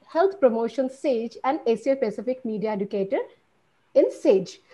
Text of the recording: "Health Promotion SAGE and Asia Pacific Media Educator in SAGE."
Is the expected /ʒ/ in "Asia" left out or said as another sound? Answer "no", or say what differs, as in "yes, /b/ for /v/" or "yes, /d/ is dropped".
yes, /s/ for /ʒ/